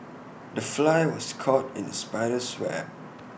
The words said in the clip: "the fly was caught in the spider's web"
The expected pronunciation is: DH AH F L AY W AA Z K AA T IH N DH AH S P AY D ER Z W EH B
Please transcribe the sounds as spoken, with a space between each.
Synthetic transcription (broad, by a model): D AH F L AY W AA S K AA T IH N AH S P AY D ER S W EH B